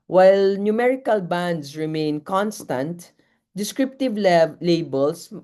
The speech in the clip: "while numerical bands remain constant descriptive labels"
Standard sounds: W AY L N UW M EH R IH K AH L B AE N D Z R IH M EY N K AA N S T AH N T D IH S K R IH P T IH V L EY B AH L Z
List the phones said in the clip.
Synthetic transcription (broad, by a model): W AY L N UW M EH R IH K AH L B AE N D S R IH M EY N K AA N S T AH N T D IH S K R IH P T IH V L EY B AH L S